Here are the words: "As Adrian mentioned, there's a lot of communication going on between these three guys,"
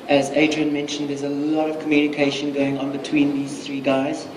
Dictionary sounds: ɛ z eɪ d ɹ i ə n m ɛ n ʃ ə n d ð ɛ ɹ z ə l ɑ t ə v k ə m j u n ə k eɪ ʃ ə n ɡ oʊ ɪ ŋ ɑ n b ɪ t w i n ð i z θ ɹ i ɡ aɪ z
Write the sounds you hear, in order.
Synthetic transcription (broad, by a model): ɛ z eɪ d ɹ i ə n m ɛ n ʃ ə n d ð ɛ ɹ z ə l ɑ t ə v k ə m j u n ə k eɪ ʃ ə n ɡ oʊ ɪ ŋ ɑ n b ɪ t w i n ð i z θ ɹ i ɡ aɪ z